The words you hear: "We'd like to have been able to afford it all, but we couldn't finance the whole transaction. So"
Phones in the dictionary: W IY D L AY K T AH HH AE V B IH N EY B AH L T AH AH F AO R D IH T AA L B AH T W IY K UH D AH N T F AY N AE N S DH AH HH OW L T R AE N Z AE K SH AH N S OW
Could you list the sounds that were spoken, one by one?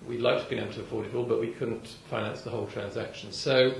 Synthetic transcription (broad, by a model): W IY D L AY K T AH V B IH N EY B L T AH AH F AO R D IH T AA L B AH T W IY K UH D N T F AY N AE N S DH AH HH OW L T R AE N Z AE K SH AH N S OW